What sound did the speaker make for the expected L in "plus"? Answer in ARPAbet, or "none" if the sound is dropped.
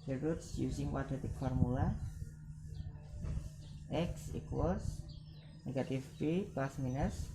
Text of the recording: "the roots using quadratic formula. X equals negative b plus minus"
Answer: none